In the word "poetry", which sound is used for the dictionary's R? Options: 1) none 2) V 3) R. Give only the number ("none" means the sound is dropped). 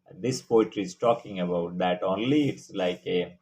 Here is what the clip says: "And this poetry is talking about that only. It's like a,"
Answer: 3